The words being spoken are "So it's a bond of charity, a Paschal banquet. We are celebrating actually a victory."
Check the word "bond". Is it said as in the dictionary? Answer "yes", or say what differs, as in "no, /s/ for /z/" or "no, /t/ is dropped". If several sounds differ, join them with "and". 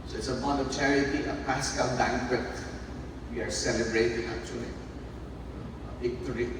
no, /d/ is dropped